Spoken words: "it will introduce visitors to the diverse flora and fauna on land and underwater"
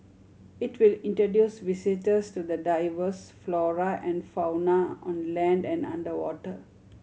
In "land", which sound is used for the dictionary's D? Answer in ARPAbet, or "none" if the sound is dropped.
D